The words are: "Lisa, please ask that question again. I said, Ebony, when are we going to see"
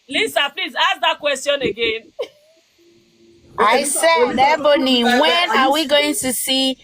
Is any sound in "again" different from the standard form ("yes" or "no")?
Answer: no